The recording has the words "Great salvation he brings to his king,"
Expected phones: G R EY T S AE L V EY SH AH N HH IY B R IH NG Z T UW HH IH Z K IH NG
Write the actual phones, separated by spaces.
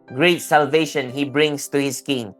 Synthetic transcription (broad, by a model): G R EY T S AE L V EY SH AH N HH IY B R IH NG S T UW HH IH S K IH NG